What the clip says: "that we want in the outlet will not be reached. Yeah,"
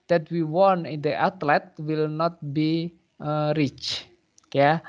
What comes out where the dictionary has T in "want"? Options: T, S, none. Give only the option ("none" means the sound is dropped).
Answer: none